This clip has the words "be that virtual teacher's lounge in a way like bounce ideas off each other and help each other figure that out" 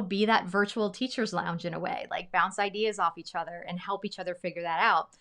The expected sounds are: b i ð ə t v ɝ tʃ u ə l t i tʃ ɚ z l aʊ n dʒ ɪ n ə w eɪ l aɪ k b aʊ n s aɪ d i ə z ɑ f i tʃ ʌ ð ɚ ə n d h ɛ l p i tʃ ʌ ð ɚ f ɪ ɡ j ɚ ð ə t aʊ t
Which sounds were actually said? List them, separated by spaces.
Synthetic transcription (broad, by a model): b i ð ə t v ɝ tʃ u l t i tʃ ɚ z l aʊ n dʒ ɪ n ə w eɪ l aɪ k b aʊ n s aɪ d i ə z ɑ f i tʃ ʌ ð ɚ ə n h ɛ l p i tʃ ʌ ð ɚ f ɪ ɡ j ɚ ð ə t aʊ t